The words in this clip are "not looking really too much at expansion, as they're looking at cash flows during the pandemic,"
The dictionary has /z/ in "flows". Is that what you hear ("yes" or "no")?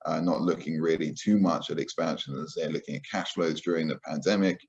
yes